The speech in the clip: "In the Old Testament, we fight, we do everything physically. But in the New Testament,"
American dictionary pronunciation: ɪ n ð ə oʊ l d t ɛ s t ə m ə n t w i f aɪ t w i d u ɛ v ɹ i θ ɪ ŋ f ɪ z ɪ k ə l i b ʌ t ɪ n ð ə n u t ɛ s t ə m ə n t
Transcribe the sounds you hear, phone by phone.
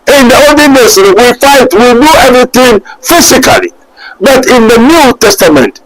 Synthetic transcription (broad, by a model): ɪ n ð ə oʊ d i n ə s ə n w i f aɪ t w i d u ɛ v ɹ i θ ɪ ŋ f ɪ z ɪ k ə l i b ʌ t ɪ n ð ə n u t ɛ s t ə m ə n t